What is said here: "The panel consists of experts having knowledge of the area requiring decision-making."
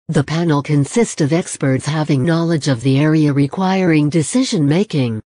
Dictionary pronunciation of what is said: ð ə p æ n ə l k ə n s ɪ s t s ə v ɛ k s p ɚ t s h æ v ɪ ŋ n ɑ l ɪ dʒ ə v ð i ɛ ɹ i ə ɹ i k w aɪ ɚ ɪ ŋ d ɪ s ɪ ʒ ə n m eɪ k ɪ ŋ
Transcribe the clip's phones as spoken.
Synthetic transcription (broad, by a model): ð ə p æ n l k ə n s ɪ s t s ə v ɛ k s p ɚ t s h æ v ɪ ŋ n ɑ l ɪ dʒ ə v ð i ɛ ɹ i ə ɹ i k w aɪ ɚ ɪ ŋ d ɪ s ɪ ʒ ə n m eɪ k ɪ ŋ